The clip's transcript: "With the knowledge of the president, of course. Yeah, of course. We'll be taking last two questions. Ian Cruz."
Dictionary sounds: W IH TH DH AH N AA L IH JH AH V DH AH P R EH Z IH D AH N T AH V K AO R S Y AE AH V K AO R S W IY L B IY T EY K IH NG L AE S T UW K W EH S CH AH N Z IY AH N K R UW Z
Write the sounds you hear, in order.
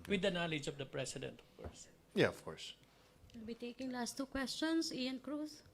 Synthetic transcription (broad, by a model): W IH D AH N AA L IH JH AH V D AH P R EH S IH D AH N T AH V K AO R S Y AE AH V K AO R S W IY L B IY T EY K IH NG L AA S T UW K W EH S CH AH N S IY AH N K R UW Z